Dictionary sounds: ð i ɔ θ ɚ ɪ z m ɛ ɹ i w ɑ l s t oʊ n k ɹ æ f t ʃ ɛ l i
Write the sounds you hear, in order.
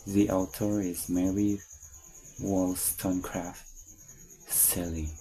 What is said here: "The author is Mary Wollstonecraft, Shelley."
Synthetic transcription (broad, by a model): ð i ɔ t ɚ ɪ z m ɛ ɹ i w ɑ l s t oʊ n k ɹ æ f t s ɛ l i